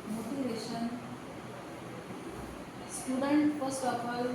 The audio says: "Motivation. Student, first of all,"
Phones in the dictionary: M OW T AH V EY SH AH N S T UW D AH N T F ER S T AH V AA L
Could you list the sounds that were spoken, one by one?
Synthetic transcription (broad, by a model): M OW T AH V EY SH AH N S T UW D AH N T P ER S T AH P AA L